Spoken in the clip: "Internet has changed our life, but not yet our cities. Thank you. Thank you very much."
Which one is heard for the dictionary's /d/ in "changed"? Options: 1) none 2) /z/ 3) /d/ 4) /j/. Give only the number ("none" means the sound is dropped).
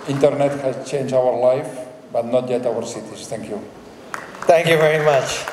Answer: 1